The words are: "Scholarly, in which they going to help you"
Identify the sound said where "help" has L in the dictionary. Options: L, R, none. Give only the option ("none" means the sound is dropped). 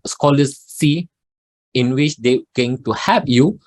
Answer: none